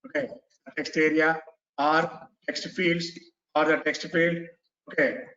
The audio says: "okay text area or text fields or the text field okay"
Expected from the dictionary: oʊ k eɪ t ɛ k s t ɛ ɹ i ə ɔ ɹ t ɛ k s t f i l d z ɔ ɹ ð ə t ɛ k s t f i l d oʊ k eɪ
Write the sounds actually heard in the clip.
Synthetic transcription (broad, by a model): oʊ k eɪ t ɛ k s t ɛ ɹ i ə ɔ ɹ t ɛ k s t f i l d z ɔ ɹ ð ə t ɛ k s t f i l d oʊ k eɪ